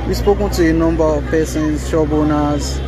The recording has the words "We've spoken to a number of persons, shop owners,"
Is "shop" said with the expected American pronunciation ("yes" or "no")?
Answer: no